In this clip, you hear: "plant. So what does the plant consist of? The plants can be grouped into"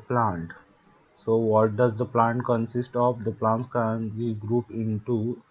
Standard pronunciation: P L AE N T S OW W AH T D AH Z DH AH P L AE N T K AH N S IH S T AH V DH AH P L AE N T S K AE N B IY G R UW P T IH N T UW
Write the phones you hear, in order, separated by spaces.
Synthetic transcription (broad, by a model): P L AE N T S OW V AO T D AH Z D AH P L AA N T K AH N S IH S T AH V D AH P L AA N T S K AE N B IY G R UW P IH N T UW